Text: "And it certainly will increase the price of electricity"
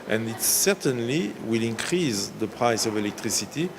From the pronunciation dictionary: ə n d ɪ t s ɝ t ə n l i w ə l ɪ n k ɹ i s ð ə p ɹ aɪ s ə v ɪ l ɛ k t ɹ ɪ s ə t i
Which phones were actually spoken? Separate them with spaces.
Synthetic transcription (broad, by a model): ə n d ɪ t s ɝ t ə n l i w ə l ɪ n k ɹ i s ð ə p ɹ aɪ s ə v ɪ l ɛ k t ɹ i s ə t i